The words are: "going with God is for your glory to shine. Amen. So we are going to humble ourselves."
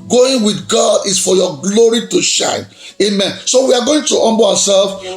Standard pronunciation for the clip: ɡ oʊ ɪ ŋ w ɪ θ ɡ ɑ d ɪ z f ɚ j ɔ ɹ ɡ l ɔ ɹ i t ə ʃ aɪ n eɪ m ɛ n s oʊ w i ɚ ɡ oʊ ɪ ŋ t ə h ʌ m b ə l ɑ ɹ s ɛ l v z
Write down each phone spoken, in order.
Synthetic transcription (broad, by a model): ɡ oʊ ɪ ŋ w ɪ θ ɡ ɑ d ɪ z f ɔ j ɔ ɡ l ɔ ɹ i t ə ʃ aɪ n eɪ m ɛ n s oʊ w i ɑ ɡ oʊ ɪ ŋ t ə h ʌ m b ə w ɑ s ɛ l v